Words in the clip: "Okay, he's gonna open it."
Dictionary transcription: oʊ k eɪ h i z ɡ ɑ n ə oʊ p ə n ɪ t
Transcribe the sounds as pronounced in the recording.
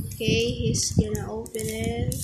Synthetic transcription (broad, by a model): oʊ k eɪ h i s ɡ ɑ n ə oʊ p ə n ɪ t